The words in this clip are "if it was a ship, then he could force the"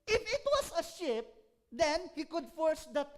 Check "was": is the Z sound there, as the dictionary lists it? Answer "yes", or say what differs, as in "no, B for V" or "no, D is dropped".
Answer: no, S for Z